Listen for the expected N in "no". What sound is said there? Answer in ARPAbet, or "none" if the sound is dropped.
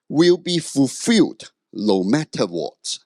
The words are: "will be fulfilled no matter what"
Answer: L